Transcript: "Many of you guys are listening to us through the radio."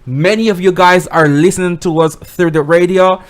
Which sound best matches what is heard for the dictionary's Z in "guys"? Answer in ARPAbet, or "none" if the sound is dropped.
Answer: Z